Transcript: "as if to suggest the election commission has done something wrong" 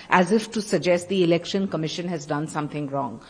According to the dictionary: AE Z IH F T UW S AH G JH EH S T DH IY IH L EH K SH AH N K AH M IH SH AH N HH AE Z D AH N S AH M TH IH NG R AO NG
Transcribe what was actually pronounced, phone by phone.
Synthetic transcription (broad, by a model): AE Z IH F T UW S AH G JH EH S T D IY IH L EH K SH AH N K AH M IH SH AH N HH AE Z D AH N S AH M T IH NG R AO NG